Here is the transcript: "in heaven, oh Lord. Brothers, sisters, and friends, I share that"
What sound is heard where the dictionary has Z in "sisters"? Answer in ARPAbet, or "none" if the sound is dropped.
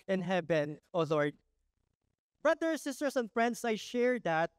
S